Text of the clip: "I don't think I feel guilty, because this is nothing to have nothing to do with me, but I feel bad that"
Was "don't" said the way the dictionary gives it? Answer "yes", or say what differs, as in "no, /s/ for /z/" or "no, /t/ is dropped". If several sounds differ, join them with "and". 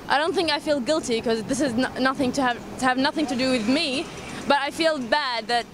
yes